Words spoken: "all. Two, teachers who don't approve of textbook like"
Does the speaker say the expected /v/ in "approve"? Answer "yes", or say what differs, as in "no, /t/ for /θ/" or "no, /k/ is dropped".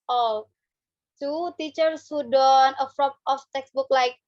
no, /p/ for /v/